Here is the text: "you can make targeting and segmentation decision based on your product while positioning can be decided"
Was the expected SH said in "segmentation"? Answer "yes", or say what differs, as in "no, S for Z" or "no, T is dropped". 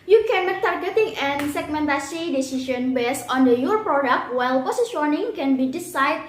no, S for SH